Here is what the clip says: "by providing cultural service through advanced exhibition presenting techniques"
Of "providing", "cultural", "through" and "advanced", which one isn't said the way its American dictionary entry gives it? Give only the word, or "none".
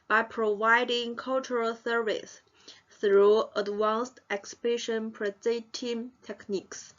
advanced